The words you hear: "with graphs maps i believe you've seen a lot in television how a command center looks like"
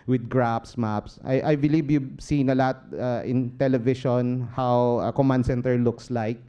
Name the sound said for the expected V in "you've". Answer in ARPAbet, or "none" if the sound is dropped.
B